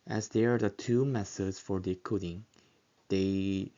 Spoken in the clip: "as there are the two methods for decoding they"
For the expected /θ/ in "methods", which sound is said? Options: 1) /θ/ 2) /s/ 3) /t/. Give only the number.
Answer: 2